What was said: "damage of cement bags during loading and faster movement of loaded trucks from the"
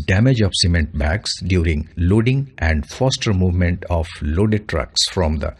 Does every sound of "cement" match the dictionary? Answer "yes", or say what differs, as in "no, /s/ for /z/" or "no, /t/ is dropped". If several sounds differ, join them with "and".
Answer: yes